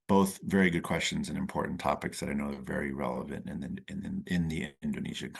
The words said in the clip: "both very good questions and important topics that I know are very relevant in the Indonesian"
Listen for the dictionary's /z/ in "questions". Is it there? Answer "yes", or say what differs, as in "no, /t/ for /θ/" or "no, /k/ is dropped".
yes